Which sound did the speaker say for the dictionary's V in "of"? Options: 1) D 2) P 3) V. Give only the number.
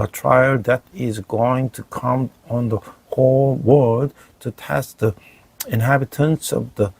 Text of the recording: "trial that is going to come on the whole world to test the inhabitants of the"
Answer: 3